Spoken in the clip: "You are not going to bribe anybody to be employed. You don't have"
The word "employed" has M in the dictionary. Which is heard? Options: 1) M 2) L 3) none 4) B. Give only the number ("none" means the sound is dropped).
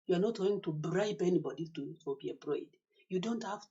3